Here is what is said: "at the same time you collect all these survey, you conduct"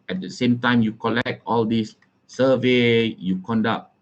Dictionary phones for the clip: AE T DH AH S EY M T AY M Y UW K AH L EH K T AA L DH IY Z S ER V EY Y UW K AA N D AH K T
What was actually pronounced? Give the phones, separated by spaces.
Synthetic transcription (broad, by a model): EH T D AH S EY M T AY M Y UW K AH L EH K T AA L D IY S S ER V EY Y UW K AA N D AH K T